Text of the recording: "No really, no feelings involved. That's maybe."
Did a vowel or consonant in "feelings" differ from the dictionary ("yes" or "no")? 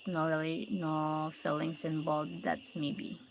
yes